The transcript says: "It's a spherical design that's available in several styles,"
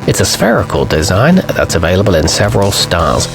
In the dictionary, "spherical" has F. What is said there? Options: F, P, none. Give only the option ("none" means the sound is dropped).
F